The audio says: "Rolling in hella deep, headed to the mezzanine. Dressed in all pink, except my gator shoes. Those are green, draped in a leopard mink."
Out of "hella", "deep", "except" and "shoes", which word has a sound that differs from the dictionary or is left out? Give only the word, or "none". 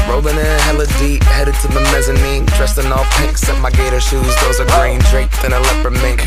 except